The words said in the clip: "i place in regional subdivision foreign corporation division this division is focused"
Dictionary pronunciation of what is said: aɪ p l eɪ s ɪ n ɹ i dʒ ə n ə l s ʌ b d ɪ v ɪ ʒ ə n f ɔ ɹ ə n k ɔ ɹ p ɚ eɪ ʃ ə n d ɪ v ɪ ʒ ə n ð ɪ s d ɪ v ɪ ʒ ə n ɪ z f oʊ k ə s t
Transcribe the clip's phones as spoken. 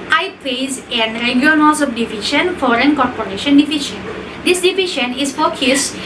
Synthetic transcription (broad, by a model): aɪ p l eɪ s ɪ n ɹ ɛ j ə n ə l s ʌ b d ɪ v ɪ ʃ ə n f ɔ ɹ ə n k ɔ ɹ p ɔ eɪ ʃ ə n d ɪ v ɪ ʃ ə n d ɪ s d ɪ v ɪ ʃ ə n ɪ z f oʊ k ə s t